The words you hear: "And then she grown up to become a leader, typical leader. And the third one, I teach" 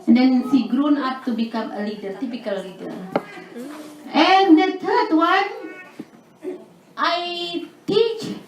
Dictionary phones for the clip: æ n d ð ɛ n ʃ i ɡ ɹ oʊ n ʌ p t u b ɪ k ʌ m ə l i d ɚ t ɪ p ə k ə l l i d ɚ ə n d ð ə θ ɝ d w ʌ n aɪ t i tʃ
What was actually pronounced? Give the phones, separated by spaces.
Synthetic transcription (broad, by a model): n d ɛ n s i ɡ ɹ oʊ n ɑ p t u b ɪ k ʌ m ə l i d ɚ t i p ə k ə l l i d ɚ ə n d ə t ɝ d w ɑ n aɪ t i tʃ